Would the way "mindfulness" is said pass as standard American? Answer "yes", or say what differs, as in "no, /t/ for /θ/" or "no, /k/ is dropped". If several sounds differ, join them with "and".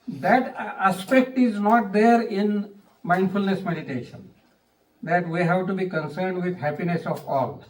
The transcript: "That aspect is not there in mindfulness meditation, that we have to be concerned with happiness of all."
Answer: yes